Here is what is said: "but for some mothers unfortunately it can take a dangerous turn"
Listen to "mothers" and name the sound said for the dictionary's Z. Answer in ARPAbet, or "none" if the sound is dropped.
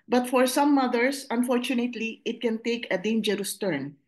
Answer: S